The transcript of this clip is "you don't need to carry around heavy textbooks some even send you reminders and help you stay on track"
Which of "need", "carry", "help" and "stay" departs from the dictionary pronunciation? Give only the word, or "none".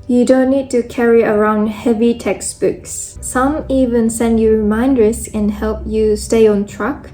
none